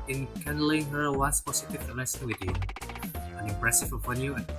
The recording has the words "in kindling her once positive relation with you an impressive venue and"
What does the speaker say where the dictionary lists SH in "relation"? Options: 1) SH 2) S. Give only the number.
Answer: 2